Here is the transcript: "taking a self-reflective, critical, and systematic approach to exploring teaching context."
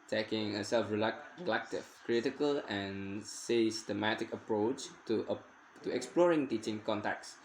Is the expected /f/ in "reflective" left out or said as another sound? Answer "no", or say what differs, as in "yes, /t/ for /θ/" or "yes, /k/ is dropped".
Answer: yes, /f/ is dropped